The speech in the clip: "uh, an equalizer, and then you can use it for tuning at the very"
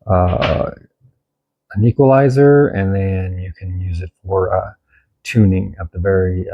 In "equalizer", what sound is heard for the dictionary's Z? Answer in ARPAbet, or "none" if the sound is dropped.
Z